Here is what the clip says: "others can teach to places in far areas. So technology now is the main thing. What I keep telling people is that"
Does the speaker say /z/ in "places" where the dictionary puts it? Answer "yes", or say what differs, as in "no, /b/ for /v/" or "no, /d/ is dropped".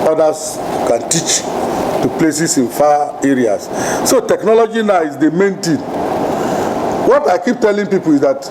no, /s/ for /z/